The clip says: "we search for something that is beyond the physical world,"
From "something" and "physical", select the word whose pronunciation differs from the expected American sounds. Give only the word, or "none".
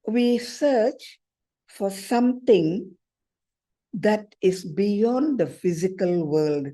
something